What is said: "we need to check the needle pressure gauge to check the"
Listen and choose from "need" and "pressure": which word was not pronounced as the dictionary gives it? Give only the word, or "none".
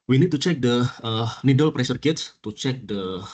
pressure